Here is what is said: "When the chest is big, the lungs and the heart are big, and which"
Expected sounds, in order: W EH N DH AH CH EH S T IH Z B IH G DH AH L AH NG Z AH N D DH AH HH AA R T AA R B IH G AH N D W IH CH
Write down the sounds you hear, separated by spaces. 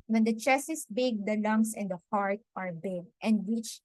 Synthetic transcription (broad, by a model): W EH N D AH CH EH S IH S B IH G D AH L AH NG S AH N D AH HH AA R T AA R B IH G AH N D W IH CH